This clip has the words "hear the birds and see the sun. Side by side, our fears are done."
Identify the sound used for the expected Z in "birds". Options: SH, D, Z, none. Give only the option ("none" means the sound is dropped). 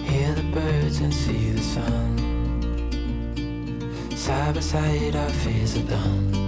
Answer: Z